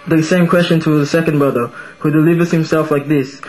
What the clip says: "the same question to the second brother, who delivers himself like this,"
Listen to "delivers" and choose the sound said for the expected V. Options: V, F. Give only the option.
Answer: V